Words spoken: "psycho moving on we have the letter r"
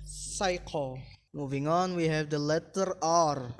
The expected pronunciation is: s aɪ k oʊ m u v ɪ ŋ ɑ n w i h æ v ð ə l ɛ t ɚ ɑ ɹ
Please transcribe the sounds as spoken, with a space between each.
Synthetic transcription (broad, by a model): s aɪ k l m u v ɪ ŋ ɑ n w i h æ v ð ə l ɛ t ɚ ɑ ɹ